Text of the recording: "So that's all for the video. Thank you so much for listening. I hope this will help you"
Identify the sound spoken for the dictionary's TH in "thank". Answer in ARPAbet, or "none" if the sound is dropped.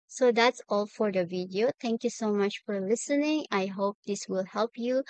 T